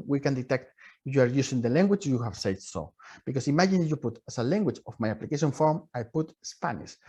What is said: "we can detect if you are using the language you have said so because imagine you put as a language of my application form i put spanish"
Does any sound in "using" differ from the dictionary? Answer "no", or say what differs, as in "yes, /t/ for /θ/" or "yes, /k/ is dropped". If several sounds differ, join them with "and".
yes, /s/ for /z/